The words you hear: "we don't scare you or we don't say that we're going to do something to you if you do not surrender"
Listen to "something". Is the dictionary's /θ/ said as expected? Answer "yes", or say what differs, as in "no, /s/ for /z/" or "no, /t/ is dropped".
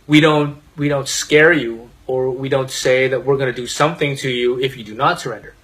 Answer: yes